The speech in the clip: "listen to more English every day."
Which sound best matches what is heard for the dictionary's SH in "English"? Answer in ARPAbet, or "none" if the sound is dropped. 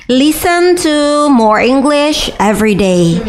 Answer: SH